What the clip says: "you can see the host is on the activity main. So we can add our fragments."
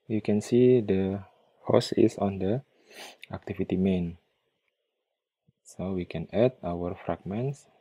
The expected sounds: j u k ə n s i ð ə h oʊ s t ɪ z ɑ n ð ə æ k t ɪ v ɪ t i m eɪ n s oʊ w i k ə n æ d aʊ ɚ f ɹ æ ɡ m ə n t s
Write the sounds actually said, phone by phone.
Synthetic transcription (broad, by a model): j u k ə n s i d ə h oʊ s ɪ s ɑ n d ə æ k t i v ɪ t i m eɪ n s oʊ w i k ə n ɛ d aʊ ɚ f ɹ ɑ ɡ m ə n t s